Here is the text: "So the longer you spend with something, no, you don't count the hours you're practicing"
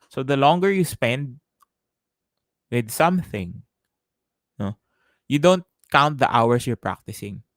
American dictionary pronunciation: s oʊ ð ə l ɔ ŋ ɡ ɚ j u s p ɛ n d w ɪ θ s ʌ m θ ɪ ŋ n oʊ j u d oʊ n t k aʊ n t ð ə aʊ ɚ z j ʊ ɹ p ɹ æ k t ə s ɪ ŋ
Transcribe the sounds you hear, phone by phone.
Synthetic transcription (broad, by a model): s oʊ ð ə l ɔ ŋ ɡ ɚ j u s p ɛ n d w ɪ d s ʌ m θ ɪ ŋ n oʊ j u d oʊ n t k aʊ n t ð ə aʊ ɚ s j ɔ ɹ p ɹ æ k t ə s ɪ ŋ